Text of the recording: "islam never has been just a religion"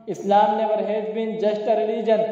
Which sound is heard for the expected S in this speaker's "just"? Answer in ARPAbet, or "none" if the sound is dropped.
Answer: SH